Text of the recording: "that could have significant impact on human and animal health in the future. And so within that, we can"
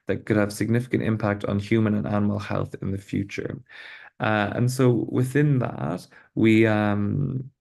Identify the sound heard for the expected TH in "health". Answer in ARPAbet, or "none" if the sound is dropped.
TH